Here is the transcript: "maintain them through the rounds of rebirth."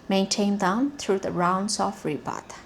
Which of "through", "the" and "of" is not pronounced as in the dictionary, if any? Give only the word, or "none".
of